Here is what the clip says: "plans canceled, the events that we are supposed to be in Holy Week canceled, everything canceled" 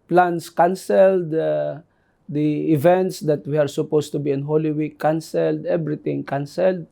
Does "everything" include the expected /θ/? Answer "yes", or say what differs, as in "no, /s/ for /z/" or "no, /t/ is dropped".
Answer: no, /t/ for /θ/